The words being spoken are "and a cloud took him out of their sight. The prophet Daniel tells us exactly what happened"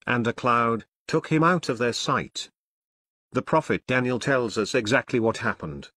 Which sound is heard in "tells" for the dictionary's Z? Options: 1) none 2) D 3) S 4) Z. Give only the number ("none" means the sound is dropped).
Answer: 4